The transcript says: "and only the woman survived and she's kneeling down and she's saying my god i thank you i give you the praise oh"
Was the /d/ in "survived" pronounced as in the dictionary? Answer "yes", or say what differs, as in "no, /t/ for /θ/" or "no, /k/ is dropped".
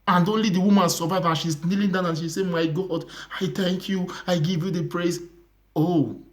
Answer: no, /d/ is dropped